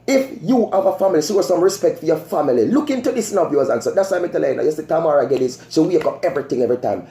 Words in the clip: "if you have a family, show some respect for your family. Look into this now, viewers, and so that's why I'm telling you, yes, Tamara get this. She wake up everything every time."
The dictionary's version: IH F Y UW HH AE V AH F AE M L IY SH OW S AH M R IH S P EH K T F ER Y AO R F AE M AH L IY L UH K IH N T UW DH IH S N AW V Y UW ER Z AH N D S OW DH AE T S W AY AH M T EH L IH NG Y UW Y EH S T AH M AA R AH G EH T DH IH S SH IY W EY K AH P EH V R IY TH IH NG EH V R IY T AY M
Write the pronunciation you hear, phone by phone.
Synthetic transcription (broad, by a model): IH F Y UW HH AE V AH F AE M L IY S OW S AH M R IH S P EH K T F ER Y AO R F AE M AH L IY L UH K IH N T UW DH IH S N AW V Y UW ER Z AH N S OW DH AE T S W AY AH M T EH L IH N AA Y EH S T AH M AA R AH G EH T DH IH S S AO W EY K AH P EH V R IY TH IH NG EH V R IY T AY M